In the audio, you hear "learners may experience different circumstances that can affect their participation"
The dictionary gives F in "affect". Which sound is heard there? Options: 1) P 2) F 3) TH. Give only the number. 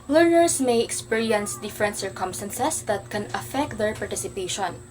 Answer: 2